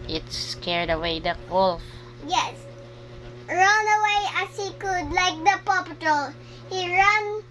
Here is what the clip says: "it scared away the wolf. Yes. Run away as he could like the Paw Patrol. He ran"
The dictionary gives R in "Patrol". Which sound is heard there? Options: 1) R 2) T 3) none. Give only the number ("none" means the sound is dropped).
3